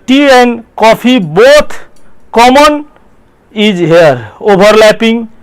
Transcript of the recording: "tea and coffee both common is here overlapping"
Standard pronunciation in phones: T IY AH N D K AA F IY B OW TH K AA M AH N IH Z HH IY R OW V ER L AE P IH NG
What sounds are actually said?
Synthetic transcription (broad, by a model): T IY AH N K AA P IY B OW T K AA M AH N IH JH HH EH R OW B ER L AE P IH NG